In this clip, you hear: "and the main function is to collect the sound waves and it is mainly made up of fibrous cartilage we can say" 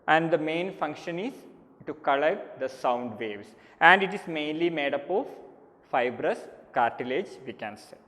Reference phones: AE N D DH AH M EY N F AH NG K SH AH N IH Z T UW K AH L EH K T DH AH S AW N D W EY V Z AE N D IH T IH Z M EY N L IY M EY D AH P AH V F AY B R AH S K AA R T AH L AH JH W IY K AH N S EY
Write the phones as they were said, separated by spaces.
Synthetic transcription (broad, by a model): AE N D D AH M EY N F AH NG K SH AH N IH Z T UW K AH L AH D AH S AW N D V EY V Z AE N D IH T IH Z M EY N L IY M EY D AH P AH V F AY B R AH S K AA R T AH L AH JH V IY K AH N S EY